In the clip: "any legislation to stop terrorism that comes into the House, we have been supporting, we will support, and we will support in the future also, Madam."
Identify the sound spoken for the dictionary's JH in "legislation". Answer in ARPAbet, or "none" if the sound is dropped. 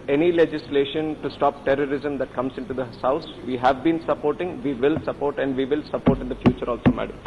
JH